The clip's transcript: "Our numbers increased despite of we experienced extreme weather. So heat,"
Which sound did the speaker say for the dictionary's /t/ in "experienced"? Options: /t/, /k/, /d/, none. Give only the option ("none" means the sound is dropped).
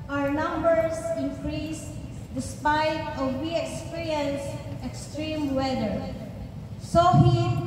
none